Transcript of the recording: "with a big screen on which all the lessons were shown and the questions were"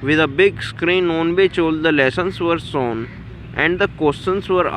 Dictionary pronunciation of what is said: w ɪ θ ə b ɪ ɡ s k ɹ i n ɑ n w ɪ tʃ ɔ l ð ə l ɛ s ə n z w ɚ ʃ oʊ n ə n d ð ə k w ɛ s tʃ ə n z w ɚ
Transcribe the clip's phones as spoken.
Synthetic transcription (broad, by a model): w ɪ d ə b ɪ ɡ s k ɹ i n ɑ n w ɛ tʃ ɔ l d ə l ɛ s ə n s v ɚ s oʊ n ə n d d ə k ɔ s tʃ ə n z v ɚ